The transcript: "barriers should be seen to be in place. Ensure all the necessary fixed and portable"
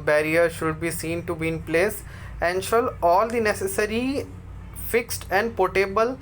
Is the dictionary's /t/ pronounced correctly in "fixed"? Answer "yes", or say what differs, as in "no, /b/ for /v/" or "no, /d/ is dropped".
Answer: yes